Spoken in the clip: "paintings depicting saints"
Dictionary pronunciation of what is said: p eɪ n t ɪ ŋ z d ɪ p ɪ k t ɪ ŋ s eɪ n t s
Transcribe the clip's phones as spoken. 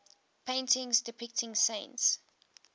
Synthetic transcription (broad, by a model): p eɪ n t ɪ ŋ z d ɪ p ɪ k t ɪ ŋ s eɪ n t s